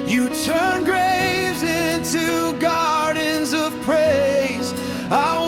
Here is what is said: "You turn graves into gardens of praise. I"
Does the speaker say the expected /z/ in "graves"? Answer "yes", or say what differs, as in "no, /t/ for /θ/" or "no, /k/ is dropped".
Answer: yes